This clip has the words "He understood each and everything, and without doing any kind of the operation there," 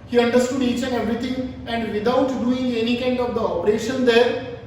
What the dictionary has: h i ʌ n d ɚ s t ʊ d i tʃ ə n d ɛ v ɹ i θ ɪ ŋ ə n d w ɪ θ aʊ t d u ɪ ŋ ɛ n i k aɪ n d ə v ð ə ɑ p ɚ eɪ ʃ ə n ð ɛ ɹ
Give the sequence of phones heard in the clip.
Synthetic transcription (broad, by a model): h i ʌ n d ɚ s t ʊ d i tʃ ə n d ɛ v ɹ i t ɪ ŋ ə n d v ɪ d aʊ t d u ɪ ŋ ɛ n i k aɪ n d ə v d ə ɑ p ɚ eɪ ʃ ə n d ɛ ɹ